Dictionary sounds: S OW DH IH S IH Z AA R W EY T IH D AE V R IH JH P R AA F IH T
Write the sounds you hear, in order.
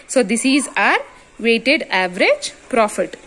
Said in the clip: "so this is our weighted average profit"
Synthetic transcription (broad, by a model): S OW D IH S IH Z AA R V EY T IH D AE V R IH JH P R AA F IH T